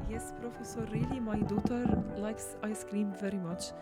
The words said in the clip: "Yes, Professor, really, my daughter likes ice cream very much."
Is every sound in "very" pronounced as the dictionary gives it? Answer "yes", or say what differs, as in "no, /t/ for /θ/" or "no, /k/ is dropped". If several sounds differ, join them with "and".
yes